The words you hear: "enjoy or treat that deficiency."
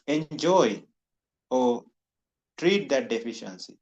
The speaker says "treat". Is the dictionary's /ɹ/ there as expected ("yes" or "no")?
yes